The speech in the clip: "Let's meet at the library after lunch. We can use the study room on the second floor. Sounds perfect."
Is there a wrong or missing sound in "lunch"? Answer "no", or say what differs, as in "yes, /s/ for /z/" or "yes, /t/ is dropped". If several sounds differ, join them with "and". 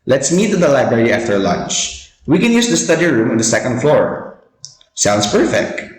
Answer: no